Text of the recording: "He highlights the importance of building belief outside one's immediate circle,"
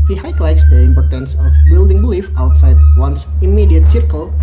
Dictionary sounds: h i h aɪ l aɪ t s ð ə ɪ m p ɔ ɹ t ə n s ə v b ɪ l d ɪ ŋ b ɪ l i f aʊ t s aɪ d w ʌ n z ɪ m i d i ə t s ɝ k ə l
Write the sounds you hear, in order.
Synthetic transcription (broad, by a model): h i h aɪ l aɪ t s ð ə ɪ m p ɔ ɹ t ə n s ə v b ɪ l d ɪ ŋ b ɪ l i f aʊ t s aɪ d w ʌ n s ɪ m i d i ə t s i k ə l